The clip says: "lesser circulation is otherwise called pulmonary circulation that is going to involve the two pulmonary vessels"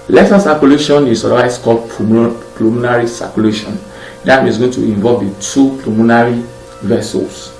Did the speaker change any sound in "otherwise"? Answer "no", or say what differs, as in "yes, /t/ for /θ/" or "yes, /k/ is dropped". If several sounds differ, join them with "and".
yes, /s/ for /z/